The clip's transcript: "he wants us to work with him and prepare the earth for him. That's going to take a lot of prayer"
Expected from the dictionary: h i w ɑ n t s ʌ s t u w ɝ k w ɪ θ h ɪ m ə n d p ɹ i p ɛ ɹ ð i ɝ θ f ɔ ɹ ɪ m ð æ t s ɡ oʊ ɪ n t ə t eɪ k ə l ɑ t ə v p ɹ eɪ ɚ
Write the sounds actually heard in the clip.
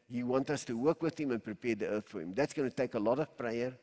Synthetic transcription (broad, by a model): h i w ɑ n t ʌ s t u w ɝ k w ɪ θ h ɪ m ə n p ɹ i p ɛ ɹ ð i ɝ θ f ɔ ɹ ɪ m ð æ t s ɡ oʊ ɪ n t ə t eɪ k ə l ɑ t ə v p ɹ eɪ ɚ